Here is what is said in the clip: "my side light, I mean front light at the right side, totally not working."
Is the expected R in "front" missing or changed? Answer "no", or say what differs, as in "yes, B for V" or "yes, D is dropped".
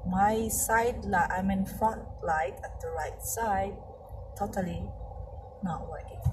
yes, R is dropped